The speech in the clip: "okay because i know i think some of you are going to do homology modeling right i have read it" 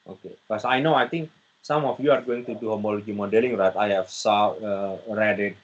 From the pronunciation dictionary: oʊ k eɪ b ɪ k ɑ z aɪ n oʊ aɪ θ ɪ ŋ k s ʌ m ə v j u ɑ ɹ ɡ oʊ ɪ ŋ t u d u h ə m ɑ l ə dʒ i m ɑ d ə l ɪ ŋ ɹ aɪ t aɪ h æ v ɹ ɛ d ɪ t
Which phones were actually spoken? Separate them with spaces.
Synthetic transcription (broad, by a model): oʊ k eɪ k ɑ s aɪ n oʊ aɪ t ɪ ŋ k s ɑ m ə f j u ɑ ɹ ɡ oʊ ɪ ŋ t u d u h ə m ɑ l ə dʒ i m ɑ d ə l ɪ ŋ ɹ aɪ t aɪ h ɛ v ɹ ɛ d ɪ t